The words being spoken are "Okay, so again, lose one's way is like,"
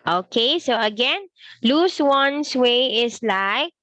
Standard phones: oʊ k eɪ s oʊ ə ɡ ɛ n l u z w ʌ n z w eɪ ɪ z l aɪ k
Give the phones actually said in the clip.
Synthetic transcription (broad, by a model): oʊ k eɪ s oʊ ə ɡ ɛ n l u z w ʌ n s w eɪ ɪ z l aɪ k